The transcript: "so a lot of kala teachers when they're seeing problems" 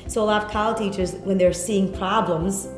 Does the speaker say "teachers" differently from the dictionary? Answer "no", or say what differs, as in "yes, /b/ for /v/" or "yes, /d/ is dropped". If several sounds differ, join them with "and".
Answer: no